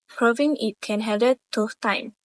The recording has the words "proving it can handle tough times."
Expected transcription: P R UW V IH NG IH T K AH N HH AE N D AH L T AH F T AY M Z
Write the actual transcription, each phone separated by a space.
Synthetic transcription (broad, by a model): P R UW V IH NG IH T K AH N HH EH D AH T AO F T AY M